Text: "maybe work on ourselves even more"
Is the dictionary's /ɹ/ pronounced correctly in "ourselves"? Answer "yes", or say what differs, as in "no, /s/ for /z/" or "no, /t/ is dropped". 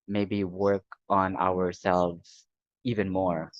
yes